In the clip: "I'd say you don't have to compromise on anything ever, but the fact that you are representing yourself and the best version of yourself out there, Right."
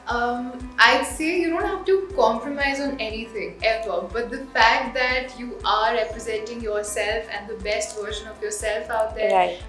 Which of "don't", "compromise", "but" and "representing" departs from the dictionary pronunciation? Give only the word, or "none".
none